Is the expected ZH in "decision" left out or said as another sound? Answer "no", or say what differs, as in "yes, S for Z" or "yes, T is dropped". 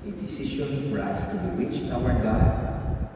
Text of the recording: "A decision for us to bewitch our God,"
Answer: yes, SH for ZH